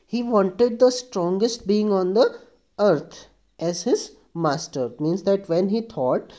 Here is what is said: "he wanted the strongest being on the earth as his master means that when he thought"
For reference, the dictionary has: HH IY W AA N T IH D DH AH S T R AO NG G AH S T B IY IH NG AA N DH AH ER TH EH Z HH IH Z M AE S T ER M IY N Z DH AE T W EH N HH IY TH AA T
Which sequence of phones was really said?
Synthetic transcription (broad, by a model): HH IY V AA N T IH D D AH S T R AO NG G AH S T B IY IH NG AA N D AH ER T EH Z HH IH Z M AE S T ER M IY N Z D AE T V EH N HH IY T AA T